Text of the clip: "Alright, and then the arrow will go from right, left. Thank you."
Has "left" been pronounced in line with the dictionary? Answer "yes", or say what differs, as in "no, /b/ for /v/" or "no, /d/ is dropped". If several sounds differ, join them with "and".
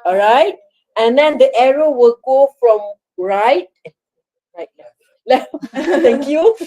no, /f/ is dropped